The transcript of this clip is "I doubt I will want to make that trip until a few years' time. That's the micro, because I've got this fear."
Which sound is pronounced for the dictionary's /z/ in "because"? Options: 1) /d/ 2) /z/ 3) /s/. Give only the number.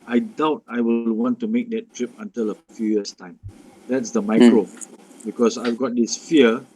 3